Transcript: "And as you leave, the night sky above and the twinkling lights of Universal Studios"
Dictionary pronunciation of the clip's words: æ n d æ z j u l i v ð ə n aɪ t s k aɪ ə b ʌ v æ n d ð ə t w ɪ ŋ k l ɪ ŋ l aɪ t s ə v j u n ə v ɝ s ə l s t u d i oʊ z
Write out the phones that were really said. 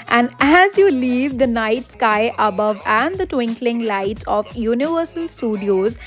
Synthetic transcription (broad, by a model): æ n d æ z j u l i v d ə n aɪ t s k aɪ ə b ʌ v æ n d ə t w ɪ ŋ k l ɪ ŋ l aɪ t ə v j u n ə v ɝ s ə l s t u d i oʊ z